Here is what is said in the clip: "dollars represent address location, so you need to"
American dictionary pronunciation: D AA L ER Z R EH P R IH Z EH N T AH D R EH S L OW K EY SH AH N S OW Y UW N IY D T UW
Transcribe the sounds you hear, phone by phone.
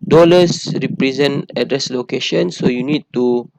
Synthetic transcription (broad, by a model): D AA L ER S R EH P R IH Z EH N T AH D R EH S L OW K EY SH AH N S OW Y UW N IY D T UW